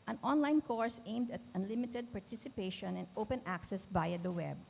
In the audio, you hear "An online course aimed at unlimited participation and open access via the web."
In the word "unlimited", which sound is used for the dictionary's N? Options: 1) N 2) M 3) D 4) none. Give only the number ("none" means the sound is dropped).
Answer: 1